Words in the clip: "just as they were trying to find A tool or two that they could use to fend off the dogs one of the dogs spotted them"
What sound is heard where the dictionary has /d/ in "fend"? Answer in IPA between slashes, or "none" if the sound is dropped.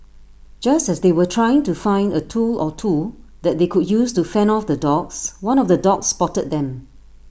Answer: none